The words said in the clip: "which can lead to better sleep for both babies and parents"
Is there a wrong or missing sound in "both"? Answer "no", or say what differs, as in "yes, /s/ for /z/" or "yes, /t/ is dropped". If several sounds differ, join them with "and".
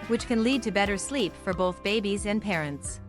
no